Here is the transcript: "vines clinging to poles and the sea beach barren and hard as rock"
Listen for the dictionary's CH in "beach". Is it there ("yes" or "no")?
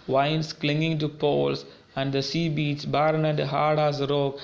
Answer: no